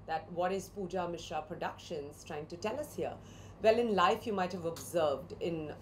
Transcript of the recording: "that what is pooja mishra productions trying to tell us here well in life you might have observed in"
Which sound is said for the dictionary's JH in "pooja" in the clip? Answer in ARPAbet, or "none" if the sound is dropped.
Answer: JH